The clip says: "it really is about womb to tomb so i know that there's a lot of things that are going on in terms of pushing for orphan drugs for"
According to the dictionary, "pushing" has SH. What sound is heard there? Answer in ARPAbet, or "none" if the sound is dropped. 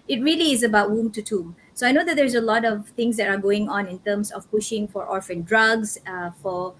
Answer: SH